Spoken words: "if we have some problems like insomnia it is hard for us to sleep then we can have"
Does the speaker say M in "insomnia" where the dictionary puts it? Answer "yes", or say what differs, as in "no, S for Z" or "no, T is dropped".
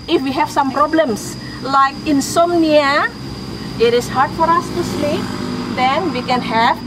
yes